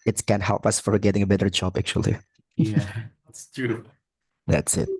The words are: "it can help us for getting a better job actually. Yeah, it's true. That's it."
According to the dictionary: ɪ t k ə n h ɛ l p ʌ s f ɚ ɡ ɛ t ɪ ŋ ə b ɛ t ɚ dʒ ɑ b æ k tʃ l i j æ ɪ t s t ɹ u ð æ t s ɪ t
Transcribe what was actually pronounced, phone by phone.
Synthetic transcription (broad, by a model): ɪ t k ə n h ɛ l p ʌ s f ɚ ɡ ɛ t ɪ ŋ ə b ɛ t ɚ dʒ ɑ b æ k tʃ i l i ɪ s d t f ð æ t s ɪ t